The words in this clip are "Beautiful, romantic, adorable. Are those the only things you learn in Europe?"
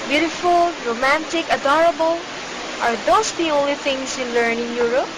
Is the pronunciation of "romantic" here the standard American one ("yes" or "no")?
yes